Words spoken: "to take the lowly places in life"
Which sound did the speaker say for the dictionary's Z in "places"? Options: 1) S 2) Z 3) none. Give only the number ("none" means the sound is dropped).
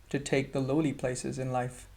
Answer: 2